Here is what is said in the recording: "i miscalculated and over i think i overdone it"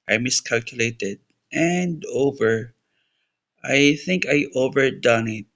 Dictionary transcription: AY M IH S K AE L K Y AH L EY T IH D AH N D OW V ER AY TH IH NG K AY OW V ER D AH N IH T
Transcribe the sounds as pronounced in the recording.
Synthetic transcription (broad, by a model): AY M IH S K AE L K Y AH L EY T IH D AH N D OW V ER AY TH IH NG K AY OW V ER D AH N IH T